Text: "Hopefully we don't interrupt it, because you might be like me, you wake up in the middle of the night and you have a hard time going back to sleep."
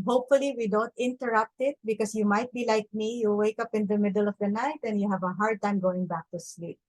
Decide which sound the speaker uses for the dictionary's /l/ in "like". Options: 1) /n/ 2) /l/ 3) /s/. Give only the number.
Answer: 2